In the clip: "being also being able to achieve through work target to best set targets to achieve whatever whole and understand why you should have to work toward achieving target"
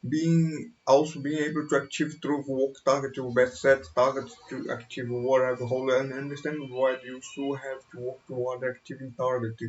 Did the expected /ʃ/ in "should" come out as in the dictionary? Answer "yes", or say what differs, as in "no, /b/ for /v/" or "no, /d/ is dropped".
no, /s/ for /ʃ/